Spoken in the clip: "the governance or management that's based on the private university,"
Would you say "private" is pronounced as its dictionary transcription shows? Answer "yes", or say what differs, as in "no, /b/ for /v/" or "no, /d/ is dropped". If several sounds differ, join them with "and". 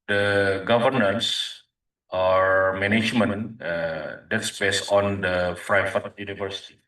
no, /f/ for /p/ and /f/ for /v/